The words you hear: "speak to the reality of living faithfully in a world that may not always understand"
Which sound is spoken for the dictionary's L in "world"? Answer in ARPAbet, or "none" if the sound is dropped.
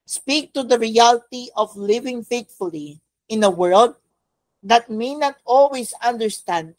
L